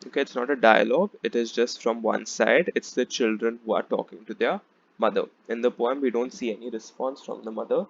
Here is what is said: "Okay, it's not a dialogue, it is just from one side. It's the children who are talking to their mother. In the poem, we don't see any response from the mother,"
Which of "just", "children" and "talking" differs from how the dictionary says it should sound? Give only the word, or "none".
none